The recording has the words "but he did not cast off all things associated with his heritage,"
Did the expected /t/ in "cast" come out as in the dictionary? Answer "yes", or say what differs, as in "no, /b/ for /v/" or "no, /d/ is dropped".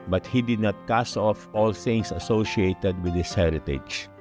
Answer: no, /t/ is dropped